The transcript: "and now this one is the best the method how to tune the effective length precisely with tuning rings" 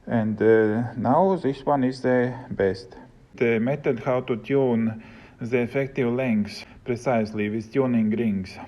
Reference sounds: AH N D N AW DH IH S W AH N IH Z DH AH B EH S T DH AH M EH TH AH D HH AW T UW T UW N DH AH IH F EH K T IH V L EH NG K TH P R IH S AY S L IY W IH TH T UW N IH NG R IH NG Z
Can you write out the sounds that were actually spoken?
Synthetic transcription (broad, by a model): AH N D N AW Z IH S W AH N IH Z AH B EH S T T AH M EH T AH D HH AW T UW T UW N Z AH F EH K T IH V L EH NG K S P R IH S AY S L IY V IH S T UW N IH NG R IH NG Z